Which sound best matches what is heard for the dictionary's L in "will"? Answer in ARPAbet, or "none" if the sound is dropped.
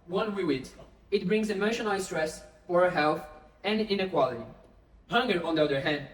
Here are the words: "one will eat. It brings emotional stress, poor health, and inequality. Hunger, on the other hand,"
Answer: W